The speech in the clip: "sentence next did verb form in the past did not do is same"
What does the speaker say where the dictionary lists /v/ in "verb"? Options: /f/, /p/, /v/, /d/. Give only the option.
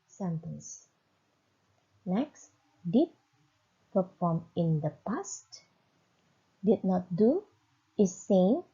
/p/